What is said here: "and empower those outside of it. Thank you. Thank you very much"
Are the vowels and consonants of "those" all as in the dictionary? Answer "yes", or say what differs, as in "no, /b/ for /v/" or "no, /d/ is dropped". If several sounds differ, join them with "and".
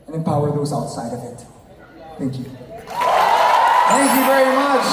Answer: yes